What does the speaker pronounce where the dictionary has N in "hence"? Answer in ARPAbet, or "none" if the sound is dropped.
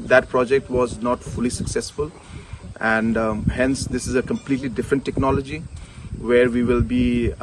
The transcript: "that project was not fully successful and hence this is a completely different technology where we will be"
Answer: N